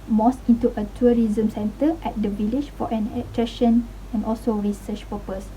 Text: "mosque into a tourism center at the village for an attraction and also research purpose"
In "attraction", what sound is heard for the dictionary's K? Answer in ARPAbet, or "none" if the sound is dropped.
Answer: none